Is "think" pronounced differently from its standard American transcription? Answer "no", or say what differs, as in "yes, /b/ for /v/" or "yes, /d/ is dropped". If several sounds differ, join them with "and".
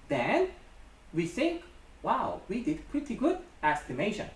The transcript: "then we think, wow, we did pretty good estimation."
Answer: no